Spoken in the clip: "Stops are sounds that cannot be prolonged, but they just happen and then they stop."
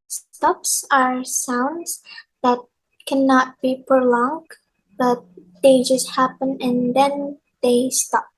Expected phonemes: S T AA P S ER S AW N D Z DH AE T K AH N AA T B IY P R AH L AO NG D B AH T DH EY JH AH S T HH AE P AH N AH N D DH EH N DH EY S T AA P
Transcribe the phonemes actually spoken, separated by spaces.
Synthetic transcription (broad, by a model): S T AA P S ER S AW N D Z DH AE T K AH N AA T B IY P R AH L AO NG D B AH T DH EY JH AH S T HH AE P AH N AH N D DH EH N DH EY S T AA P